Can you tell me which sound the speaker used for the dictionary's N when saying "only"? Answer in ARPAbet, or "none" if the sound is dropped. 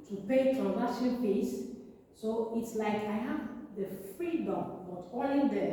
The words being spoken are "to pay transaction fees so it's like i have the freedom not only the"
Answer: none